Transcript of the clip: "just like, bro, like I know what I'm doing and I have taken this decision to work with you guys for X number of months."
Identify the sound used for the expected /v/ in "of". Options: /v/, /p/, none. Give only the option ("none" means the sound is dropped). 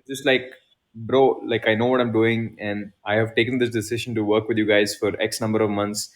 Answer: /v/